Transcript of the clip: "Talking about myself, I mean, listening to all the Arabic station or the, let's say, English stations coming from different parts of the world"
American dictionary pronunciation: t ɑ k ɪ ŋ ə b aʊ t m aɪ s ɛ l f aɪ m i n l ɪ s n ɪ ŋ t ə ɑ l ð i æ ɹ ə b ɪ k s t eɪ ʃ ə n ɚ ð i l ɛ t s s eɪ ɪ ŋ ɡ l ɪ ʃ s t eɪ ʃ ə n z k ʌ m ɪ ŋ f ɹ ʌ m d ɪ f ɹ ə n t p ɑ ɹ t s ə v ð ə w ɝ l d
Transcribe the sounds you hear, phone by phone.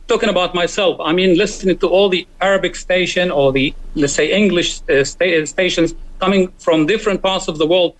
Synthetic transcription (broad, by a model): t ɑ k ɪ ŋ ə b aʊ t m aɪ s ɛ l f aɪ m i n l ɪ s n ɪ ŋ t ə ɑ l ð i æ ɹ ə b ɪ k s t eɪ ʃ ə n ɚ ð i l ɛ t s s eɪ ɪ ŋ ɡ l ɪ ʃ s t eɪ ʃ ə n z k ʌ m ɪ ŋ f ɹ ʌ m d ɪ f ɹ ə n t p ɑ ɹ t s ə v ð ə w ɝ l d